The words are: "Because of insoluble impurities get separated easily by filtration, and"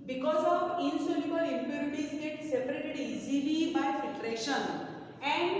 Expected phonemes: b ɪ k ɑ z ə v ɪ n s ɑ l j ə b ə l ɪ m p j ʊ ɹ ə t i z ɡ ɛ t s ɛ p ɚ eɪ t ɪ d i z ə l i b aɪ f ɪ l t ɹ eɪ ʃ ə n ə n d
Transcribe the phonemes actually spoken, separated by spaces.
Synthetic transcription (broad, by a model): b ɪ k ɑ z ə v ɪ n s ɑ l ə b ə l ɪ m p j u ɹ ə t i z ɡ ɛ t s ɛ p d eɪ t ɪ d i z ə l i b aɪ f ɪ t ɹ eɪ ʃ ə n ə n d